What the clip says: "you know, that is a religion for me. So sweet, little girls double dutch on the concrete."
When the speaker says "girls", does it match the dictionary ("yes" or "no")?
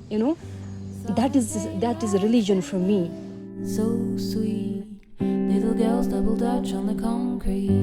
yes